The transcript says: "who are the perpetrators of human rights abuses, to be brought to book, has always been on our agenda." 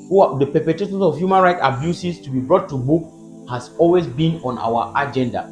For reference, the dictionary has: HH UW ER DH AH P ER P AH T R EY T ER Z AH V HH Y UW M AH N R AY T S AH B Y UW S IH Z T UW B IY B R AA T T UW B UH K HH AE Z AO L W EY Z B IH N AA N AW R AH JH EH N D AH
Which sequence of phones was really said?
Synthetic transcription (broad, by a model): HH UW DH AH P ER P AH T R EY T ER S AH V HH Y UW M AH N R AY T AH B Y UW S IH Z T UW B IY B R AA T T UW B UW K HH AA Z AO L W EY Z B IH N AA N AW W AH JH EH N D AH